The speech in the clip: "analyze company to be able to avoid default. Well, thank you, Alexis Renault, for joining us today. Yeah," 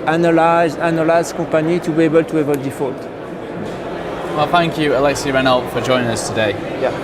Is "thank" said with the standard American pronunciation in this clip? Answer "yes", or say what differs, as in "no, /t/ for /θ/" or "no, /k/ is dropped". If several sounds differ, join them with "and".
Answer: yes